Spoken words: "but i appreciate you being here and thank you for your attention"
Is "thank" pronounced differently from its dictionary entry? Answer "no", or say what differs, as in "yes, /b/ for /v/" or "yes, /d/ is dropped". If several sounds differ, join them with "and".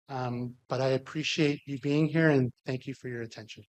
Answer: no